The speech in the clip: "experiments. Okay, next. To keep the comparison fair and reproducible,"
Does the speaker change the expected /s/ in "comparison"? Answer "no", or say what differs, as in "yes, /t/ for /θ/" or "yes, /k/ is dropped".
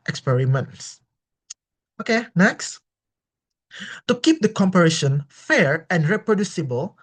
yes, /ʃ/ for /s/